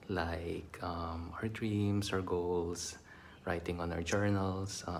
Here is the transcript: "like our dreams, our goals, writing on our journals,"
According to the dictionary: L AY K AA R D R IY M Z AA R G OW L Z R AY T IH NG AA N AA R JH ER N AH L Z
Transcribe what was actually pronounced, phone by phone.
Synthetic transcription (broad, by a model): L AY K AA R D R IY M S AA R G OW L S R AY T IH NG AA N AA R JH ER N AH L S